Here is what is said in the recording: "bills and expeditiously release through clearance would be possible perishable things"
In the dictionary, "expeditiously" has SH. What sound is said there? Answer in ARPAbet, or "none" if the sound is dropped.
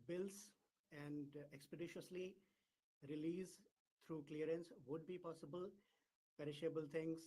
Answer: SH